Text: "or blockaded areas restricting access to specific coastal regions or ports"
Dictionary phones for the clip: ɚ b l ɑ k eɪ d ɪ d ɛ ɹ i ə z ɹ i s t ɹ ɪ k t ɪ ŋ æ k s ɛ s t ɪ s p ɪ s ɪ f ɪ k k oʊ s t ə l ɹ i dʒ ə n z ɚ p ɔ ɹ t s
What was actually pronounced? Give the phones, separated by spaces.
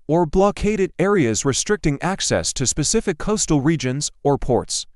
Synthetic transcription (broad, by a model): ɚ b l ɑ k eɪ d ɪ d ɛ ɹ i ə z ɹ i s t ɹ ɪ k t ɪ ŋ æ k s ɛ s t ɪ s p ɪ s ɪ f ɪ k k oʊ s t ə l ɹ i dʒ ə n z ɚ p ɔ ɹ t s